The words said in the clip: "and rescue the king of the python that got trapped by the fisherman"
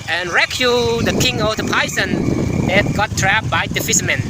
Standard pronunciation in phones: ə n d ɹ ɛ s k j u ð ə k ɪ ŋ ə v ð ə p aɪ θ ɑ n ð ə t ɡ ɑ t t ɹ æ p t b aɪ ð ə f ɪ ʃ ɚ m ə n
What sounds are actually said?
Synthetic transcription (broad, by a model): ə n ɹ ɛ k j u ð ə k ɪ ŋ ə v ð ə p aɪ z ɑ n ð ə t ɡ ɑ t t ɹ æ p b aɪ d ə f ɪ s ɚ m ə n